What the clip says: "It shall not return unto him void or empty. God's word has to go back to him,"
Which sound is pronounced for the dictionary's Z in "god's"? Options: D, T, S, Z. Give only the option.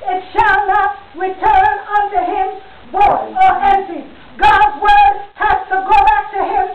Z